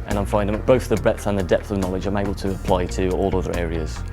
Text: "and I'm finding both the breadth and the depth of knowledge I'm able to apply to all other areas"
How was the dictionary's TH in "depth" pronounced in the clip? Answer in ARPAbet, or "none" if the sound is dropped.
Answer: TH